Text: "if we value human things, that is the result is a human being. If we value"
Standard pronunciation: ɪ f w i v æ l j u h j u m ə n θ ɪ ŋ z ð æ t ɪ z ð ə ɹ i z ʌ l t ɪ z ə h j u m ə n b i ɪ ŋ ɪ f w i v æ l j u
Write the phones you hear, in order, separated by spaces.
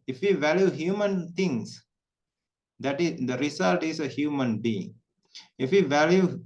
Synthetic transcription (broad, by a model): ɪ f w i v æ l j u h j u m ə n t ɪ ŋ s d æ t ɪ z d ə ɹ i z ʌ l t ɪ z ə h j u m ə n b i ɪ ŋ ɪ f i v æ l j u